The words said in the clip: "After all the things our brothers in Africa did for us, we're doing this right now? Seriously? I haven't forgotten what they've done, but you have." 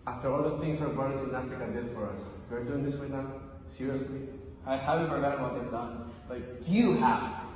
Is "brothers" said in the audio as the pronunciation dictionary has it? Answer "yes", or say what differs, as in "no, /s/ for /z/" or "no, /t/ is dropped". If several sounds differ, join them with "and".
no, /ɹ/ is dropped